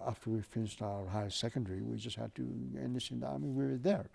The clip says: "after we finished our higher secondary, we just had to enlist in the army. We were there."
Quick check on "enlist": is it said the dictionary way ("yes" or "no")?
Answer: no